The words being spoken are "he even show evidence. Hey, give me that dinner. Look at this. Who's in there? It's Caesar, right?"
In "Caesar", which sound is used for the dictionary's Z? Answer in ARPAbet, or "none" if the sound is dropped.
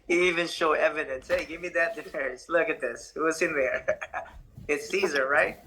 Z